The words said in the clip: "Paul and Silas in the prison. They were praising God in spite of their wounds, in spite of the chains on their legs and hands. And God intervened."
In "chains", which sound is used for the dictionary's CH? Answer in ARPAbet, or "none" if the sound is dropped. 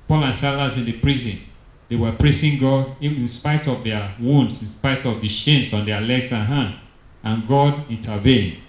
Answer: SH